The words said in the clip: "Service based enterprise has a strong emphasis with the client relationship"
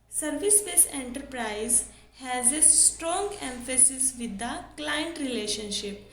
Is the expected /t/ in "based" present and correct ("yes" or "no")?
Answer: no